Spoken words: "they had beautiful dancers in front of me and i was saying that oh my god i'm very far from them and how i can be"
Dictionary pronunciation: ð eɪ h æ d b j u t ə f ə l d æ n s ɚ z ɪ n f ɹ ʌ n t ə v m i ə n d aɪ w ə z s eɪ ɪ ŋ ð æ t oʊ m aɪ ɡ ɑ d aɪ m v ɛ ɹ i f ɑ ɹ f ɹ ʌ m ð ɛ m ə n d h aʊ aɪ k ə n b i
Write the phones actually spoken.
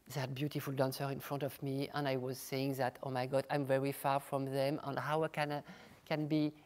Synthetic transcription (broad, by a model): ð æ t b j u t ə f ə l d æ n s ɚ ɪ n f ɹ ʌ n t ə v m i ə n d aɪ w ə z s eɪ ɪ ŋ ð æ t oʊ m aɪ ɡ ɑ d aɪ m v ɛ ɹ i f ɑ ɹ f ɹ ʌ m ð ɛ m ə n h aʊ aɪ k ə n b i